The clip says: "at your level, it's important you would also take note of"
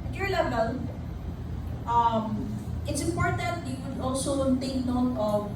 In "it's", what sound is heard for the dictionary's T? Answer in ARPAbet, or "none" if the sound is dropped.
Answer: T